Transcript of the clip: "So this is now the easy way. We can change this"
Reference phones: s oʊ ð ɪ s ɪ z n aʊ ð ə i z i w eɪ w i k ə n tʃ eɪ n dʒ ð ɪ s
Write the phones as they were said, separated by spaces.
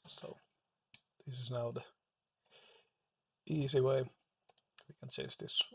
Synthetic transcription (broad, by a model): s oʊ ð ɪ s ɪ z n aʊ ð ə i z i w eɪ w i k ə n tʃ eɪ n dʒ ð ɪ s